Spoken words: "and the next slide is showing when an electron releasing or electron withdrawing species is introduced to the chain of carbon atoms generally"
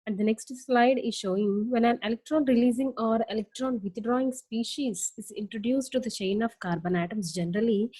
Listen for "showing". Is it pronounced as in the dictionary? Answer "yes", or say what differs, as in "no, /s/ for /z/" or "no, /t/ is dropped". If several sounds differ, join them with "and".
yes